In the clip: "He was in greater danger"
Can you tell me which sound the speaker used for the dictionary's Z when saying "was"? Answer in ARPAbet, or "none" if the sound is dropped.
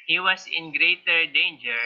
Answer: S